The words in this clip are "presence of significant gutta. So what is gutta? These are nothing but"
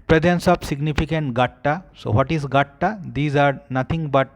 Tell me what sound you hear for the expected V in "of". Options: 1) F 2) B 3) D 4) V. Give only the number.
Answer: 2